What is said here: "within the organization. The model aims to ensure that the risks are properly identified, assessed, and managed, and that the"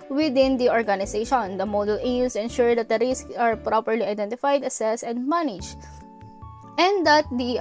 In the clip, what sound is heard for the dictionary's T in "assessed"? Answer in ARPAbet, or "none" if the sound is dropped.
none